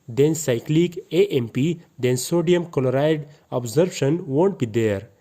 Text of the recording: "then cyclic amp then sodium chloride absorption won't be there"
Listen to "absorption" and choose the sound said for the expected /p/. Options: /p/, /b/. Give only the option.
/b/